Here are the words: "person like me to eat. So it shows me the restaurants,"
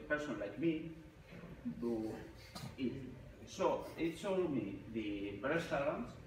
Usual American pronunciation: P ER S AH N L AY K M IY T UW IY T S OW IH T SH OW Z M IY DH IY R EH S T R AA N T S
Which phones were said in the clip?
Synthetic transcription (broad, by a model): P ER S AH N L AY K M IY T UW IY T S OW IH T S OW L M IY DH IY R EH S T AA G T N